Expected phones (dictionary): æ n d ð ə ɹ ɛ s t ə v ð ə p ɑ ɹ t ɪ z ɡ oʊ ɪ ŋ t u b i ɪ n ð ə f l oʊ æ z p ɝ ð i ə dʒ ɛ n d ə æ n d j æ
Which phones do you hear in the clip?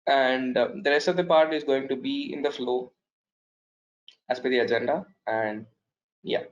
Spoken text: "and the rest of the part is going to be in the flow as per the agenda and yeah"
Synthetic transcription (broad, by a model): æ n d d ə ɹ ɛ s t ə v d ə p ɑ ɹ t ɪ z ɡ oʊ ɪ ŋ t u b i ɪ n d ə f l oʊ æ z b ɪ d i ə dʒ ɛ n d ə æ n d j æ